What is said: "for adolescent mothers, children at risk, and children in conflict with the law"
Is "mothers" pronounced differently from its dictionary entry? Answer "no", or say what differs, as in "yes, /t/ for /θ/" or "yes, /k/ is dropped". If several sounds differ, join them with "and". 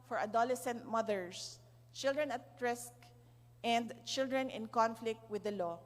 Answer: yes, /s/ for /z/